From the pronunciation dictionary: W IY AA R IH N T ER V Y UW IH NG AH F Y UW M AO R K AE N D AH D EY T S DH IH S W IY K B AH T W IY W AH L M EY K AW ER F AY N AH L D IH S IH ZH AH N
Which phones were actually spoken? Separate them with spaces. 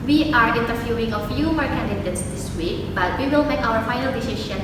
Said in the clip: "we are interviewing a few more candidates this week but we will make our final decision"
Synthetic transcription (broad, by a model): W IY AA R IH N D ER F Y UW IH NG AH F Y UW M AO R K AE N D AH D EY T S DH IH S W IY K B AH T W IY W AH L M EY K AW ER F AY N AH L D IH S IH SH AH N